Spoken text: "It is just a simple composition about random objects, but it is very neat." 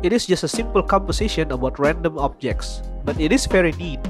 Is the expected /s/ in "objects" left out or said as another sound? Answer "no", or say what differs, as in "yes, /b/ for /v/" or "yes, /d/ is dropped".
no